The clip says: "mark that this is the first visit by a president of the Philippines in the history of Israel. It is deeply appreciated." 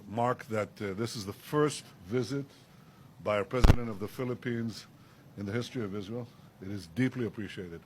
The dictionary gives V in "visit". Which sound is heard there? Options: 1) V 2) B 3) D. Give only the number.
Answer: 1